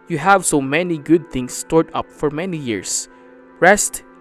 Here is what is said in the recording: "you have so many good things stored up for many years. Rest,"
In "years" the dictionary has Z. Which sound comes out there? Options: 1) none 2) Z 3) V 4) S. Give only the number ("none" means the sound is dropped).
4